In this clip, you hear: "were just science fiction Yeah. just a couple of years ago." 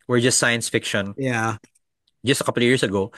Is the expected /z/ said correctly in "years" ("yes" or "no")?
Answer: no